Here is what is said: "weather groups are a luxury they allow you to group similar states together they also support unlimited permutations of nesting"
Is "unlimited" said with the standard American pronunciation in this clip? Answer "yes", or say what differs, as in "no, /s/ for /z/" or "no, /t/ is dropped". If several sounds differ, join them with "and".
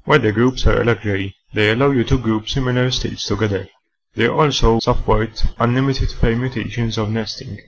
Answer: yes